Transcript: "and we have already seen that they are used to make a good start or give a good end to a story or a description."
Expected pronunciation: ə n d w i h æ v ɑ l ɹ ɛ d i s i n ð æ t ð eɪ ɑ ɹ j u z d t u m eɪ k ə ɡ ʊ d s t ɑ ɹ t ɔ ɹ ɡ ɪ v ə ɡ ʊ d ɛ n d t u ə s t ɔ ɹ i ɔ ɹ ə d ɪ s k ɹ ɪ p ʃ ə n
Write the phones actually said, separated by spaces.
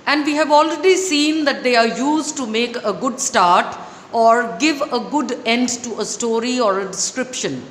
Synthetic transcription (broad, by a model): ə n d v i h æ v ɑ l ɹ ɛ d i s i n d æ t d eɪ ɑ ɹ j u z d t u m eɪ k ə ɡ ʊ d s t ɑ ɹ t ɔ ɹ ɡ ɪ v ə ɡ ʊ d ɛ n d t u ə s t ɔ ɹ i ɔ ɹ ə d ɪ s k ɹ ɪ p ʃ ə n